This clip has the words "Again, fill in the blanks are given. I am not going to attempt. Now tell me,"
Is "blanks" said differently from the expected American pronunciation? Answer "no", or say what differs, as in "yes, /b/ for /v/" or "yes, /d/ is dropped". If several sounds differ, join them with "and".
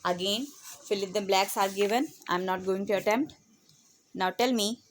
yes, /ŋ/ is dropped